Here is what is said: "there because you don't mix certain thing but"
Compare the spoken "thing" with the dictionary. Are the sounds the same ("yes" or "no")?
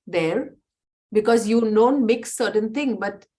no